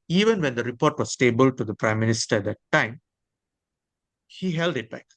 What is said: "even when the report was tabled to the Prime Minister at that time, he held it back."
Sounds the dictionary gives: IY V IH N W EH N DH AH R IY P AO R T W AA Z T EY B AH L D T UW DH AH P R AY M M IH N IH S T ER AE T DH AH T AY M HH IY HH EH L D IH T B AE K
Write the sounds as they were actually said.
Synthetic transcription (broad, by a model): IY V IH N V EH N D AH R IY P AO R T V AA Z T EY B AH L T UW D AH P R AY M M IH N IH S T ER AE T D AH T AY M HH IY HH EH L D IH T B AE K